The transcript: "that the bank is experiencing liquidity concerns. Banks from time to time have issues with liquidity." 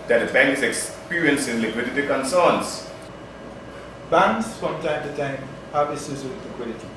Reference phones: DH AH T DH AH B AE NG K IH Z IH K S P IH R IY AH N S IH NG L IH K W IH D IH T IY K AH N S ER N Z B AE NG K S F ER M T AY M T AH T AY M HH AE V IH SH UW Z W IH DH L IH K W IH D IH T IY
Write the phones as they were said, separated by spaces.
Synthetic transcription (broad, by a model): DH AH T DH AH B AE NG K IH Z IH K S P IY R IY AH N S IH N L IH K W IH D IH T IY K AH N S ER N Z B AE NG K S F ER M T AY M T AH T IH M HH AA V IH S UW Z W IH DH L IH K W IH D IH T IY